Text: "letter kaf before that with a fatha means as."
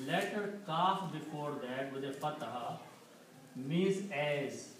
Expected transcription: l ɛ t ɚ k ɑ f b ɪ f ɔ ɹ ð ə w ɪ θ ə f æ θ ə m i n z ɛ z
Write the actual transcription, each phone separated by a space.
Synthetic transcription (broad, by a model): l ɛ t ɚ k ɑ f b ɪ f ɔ ɹ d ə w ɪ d ə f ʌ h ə m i z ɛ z